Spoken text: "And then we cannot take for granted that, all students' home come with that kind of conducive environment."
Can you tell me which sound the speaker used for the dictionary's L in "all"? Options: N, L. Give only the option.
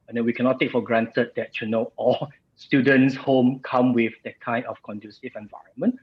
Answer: N